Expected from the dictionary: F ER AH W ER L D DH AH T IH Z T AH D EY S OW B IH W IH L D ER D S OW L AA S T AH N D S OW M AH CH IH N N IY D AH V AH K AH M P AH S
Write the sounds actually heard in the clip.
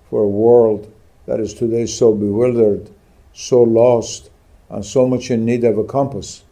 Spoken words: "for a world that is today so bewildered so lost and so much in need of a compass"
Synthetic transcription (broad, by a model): F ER AH W ER L D DH AH T IH Z T AH D EY S OW B IH W IH L D ER D S OW L AA S T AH N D S OW M AH CH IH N N IY D AH V AH K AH M P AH S